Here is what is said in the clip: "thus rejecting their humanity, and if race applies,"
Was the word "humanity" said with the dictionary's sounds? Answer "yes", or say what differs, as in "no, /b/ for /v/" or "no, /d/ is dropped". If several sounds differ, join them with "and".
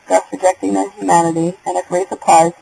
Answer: yes